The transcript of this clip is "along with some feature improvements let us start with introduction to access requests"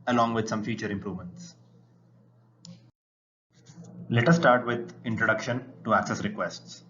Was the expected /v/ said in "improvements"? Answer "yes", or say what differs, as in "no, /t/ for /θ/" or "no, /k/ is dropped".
yes